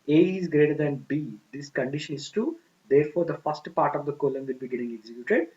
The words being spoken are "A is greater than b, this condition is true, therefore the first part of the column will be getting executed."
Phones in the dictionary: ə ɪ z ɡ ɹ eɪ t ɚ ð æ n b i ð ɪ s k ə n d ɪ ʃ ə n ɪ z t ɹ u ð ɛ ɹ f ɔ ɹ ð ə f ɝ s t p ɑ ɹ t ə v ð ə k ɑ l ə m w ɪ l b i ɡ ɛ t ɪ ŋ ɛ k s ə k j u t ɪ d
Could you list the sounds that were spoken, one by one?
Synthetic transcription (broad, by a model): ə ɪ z ɡ ɹ eɪ t ɚ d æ n b i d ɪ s k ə n d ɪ ʃ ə n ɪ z t u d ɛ ɹ f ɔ ɹ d ə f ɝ s t p ɑ ɹ t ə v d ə k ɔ l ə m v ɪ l b i ɡ ɛ t ɪ ŋ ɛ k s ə k j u t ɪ d